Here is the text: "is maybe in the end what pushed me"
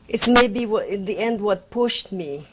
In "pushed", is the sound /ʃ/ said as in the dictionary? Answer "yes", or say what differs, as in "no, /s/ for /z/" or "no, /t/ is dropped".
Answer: yes